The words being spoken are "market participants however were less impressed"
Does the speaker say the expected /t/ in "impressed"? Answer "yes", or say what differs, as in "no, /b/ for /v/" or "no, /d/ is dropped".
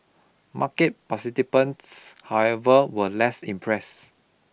no, /t/ is dropped